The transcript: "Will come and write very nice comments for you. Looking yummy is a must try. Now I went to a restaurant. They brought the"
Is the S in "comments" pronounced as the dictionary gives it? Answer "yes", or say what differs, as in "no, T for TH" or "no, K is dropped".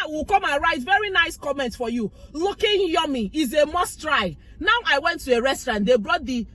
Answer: no, S is dropped